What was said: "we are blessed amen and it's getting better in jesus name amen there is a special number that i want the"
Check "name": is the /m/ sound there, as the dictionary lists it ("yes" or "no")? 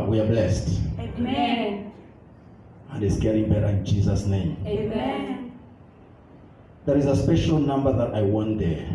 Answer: no